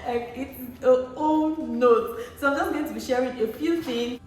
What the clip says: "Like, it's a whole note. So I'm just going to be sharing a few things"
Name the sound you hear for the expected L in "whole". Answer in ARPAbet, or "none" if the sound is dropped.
N